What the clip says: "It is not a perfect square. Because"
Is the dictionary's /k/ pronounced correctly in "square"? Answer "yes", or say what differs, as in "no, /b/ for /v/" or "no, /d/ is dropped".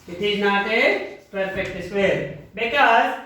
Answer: no, /k/ is dropped